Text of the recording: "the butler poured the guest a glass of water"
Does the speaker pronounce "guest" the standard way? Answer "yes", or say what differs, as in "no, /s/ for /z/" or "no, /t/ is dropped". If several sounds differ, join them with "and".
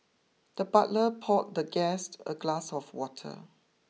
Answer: yes